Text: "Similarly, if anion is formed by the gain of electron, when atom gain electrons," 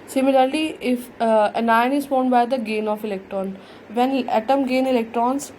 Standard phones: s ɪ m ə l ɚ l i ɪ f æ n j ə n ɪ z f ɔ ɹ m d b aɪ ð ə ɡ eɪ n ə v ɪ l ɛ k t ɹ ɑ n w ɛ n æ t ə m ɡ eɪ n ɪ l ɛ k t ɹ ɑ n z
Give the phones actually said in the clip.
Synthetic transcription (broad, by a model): s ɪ m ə l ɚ l i ɪ f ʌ n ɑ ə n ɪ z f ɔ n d b aɪ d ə ɡ eɪ n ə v ɪ l ɛ k t ɹ ɑ n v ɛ n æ t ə m ɡ eɪ n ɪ l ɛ k t ɹ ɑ n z